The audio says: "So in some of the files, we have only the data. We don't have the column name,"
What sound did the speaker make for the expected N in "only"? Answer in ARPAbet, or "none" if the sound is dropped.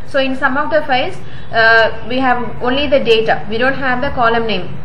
N